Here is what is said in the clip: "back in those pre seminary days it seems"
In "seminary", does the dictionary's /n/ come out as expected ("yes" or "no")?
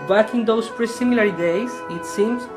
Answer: no